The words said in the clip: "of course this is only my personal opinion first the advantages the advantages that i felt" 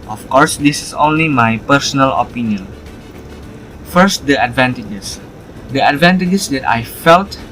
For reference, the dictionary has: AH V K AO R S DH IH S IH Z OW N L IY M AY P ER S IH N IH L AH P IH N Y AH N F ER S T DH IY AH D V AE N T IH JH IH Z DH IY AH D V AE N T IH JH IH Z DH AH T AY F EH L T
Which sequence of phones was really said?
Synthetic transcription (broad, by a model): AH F K AO R S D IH S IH S OW N L IY M AY P ER S IH N IH L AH P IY N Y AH N F ER S T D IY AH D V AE N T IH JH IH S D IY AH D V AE N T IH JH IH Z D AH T AY F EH L T